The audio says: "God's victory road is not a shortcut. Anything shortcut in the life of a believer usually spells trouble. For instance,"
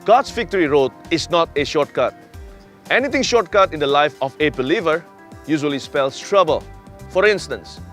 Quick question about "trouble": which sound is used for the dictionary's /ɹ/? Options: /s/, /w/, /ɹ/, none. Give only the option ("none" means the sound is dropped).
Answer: /ɹ/